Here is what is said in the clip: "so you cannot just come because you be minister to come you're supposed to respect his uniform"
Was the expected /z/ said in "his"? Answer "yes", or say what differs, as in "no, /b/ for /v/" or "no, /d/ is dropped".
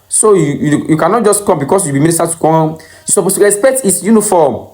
no, /s/ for /z/